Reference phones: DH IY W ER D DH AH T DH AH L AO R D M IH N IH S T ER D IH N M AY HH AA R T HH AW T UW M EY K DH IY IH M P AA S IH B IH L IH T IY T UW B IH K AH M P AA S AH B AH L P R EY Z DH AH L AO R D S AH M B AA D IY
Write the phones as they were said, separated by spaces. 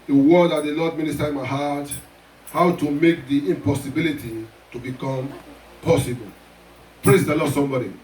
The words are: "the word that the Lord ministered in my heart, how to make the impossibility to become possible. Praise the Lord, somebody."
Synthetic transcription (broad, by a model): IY W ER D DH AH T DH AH L AO D M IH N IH S T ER IH N M AY HH AA T HH AW T UW M EY K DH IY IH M P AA S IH B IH L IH T IY T UW B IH K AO M P AA S AH B AH L P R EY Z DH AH L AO S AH M B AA D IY